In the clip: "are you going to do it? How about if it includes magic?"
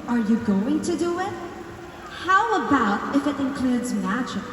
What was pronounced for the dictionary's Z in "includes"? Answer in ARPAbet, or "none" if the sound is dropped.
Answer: Z